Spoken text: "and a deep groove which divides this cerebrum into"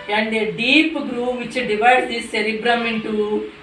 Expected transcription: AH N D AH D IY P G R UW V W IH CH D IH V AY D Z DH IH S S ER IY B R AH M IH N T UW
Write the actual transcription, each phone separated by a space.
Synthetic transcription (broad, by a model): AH N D AH D IY P G R UW V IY CH D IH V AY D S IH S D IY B R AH M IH N T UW